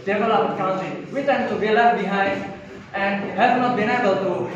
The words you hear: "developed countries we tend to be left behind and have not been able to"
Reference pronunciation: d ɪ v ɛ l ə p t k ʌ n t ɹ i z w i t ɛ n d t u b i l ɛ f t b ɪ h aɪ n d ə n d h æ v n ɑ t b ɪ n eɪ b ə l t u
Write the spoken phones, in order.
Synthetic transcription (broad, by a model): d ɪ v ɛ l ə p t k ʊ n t i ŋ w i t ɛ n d t u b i l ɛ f b ɪ h aɪ n d ə n d h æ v n ɑ t b ɪ n eɪ b ə l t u